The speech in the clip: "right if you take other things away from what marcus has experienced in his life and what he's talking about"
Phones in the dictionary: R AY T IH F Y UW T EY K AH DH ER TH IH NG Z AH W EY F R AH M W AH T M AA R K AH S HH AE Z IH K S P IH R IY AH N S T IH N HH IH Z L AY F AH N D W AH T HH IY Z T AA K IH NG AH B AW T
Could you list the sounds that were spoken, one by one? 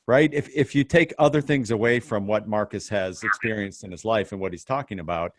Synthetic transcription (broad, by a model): R AY T IH F Y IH T EY K AH DH ER TH IH NG Z AH W EY F R AH M W AH T M AA R K AH S HH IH Z IH K S P IH R IY AH N S T IH N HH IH Z L AY F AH N W AH T HH IY Z T AA K IH NG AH B AW T